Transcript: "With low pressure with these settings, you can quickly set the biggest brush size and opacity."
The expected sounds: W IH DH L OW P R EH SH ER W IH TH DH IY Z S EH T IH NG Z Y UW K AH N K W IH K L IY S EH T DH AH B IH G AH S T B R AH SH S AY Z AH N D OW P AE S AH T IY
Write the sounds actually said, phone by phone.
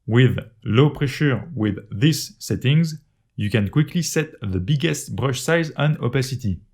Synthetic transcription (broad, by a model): W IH DH L OW P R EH SH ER W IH DH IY S EH T IH NG Z Y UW K AH N K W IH K L IY S EH T DH AH B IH G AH S T B R AH SH S AY Z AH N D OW P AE S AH T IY